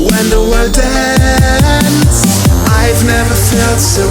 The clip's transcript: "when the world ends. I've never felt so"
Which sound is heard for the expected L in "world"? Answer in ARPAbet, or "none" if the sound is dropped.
none